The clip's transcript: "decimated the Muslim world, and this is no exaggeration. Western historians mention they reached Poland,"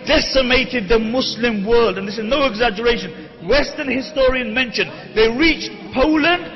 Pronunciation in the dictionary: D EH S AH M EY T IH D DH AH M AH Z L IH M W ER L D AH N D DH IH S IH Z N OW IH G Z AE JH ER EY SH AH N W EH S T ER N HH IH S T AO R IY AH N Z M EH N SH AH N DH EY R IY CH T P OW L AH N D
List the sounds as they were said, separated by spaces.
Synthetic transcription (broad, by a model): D EH S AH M EY T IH D DH AH M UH S L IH M W ER L D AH N DH IH S IH Z N OW IH G Z AE JH ER EY SH AH N W EH S T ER N HH IH S T AO R IY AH N M EH N SH AH N DH EY R IY CH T P OW L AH N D